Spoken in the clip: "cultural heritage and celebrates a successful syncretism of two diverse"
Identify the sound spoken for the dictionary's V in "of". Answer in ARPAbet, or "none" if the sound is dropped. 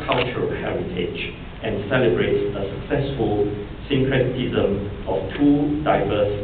F